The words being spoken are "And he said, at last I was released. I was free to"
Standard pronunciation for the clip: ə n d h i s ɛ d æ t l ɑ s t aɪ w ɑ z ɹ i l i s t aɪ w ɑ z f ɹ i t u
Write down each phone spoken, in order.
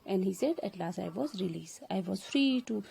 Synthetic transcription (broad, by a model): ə n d h i s ɛ d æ t l ɑ s t aɪ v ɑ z ɹ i l i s aɪ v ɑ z f ɹ i t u